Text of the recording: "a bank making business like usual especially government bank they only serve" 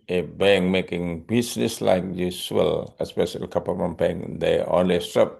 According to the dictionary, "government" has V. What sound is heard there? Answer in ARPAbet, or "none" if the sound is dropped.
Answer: P